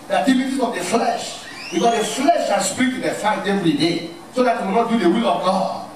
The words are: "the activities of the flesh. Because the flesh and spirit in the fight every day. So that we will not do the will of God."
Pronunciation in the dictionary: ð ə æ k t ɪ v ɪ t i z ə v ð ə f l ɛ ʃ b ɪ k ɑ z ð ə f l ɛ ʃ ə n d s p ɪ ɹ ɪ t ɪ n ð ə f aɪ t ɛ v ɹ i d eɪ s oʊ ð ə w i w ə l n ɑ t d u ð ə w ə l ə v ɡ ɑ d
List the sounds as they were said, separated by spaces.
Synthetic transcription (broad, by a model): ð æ t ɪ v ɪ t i ə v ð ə f l ɛ ʃ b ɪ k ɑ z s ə f l ɛ ʃ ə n s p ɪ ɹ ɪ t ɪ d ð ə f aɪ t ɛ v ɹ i d eɪ s oʊ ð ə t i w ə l n ɑ t d u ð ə w ə l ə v ɡ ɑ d